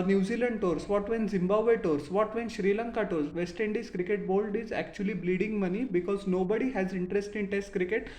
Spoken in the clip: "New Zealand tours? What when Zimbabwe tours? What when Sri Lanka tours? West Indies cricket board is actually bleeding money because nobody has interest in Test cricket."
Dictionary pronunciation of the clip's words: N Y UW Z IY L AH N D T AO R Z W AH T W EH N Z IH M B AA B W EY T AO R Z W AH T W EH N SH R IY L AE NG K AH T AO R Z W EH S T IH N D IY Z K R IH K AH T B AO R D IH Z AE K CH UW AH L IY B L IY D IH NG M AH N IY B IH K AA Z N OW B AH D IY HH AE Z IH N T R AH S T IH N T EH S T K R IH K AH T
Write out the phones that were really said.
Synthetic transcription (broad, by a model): N Y UW Z IY L AH N D T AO R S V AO T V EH N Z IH M B AA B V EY T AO R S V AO T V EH N SH R IY L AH NG K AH T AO R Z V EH S T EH N D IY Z K R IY K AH T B AO L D IH Z AE K CH UW AH L IY B L IY D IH NG M AH N IY B IH K AA Z N OW B AH D IY HH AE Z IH N T R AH S T IH N T EH S T K R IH K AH T